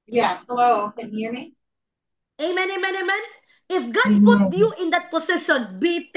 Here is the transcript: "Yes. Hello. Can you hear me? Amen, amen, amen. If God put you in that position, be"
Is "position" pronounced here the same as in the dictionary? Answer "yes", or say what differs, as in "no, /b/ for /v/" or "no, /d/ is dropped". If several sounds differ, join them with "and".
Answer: no, /s/ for /z/